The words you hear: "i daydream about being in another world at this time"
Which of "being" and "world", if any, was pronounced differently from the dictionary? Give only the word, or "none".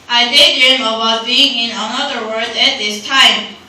world